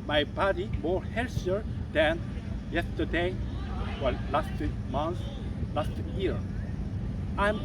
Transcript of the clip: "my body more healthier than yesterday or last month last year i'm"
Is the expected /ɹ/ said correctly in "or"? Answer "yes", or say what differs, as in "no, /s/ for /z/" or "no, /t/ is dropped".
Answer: no, /l/ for /ɹ/